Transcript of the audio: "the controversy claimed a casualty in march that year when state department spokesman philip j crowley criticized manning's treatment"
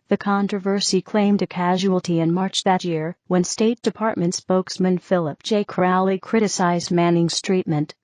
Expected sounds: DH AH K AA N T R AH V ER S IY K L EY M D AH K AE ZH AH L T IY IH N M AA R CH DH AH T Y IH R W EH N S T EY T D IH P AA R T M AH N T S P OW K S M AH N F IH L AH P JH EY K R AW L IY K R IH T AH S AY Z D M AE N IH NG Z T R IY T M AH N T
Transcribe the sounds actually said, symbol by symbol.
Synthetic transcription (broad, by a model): DH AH K AA N T R AH V ER S IY K L EY M D AH K AE ZH AH L T IY IH N M AA R CH DH AH T Y IH R W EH N S T EY T D IH P AA R T M AH N T S P OW K S M AH N F IH L AH P JH EY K R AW L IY K R IH T AH S AY Z D M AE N IH NG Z T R IY T M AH N T